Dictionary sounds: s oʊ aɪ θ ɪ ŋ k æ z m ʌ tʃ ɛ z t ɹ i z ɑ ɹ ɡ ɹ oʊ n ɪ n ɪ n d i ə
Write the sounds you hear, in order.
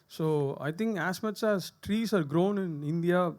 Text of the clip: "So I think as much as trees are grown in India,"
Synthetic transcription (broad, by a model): s oʊ aɪ t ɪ ŋ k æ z m ʌ tʃ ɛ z t ɹ i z ɑ ɹ ɡ ɹ oʊ n ɪ n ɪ n d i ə